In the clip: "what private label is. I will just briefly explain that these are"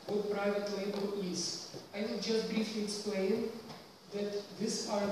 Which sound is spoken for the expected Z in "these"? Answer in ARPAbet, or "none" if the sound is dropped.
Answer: S